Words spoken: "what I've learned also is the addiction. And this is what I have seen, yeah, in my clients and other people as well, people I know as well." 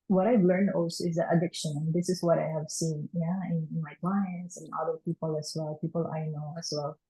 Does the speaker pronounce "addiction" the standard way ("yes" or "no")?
yes